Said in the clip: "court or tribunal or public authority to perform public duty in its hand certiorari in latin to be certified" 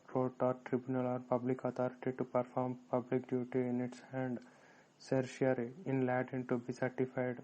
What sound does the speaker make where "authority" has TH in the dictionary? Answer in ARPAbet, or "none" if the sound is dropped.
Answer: T